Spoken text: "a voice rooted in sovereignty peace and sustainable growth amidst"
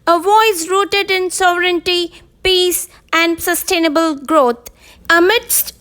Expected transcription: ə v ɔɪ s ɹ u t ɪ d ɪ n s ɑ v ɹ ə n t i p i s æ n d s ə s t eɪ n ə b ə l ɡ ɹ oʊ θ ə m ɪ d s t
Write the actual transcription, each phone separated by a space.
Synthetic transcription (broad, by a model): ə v ɔɪ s ɹ u t ɪ d ɪ n s ɑ v ɹ ə n t i p i s æ n d s ə s t eɪ n ə b ə l ɡ ɹ oʊ t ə m ɪ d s t